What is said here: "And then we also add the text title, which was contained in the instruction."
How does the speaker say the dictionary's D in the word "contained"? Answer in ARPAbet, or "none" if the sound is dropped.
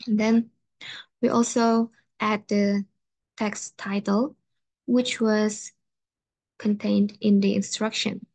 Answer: D